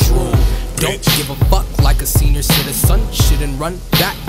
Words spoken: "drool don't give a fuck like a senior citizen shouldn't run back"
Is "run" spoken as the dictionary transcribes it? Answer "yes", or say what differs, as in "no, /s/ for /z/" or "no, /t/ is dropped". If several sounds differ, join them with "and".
yes